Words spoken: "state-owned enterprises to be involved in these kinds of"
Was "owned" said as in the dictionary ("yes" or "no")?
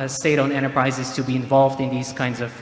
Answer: no